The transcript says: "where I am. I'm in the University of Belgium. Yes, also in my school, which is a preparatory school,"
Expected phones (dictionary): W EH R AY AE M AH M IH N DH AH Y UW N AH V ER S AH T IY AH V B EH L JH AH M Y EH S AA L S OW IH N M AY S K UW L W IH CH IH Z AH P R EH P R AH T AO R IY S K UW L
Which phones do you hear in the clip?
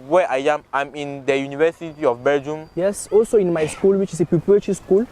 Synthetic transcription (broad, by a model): W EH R AY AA M AH M IH N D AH Y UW N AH V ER S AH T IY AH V B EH JH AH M Y EH S AA L S OW IH N M AY S K UW L W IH CH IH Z AH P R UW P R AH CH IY S K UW L